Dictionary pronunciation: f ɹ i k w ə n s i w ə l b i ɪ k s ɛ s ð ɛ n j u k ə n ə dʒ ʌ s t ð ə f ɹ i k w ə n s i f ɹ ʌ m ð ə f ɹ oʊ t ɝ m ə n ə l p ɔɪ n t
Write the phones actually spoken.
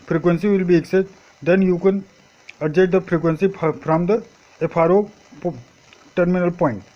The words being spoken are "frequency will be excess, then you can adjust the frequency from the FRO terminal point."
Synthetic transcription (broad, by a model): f ɹ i k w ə n s i w ə l b i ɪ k s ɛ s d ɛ n j u k ə n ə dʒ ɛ t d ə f ɹ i k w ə n s i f ɹ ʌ m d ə p ɹ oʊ t ɝ m ə n ə l p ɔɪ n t